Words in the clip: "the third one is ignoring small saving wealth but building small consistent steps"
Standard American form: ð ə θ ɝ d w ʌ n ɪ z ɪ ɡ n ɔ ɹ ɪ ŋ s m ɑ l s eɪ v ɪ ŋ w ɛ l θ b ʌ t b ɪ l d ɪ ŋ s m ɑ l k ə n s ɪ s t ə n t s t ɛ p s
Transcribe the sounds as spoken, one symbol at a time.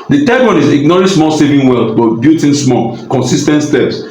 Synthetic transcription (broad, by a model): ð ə t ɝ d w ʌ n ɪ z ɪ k n ɔ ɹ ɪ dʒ s m ɑ l s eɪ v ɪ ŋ w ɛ l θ b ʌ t b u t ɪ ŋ s m ɑ l k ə n s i s t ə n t s t ɛ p s